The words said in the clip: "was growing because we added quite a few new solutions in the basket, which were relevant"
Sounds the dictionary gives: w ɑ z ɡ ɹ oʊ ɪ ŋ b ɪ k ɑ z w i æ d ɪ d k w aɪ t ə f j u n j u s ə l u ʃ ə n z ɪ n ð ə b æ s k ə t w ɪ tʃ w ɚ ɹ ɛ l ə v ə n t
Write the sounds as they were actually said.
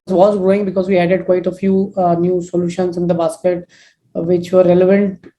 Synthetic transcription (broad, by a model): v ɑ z ɡ ɹ oʊ ɪ ŋ b ɪ k ɑ z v i æ d ɪ d k w aɪ t ə f j u n j u s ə l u ʃ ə n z ɪ n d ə b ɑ s k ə t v ɪ tʃ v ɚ ɹ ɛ l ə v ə n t